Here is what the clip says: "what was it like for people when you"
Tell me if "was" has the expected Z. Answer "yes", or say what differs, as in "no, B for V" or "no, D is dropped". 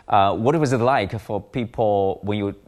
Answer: yes